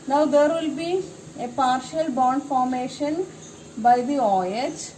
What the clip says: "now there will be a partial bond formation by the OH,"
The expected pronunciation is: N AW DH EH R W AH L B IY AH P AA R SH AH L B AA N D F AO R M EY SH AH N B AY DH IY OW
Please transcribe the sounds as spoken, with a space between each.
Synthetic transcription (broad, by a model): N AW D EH R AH L B IY AH P AA R SH AH L B AA N D F AO R M EY SH AH N B AY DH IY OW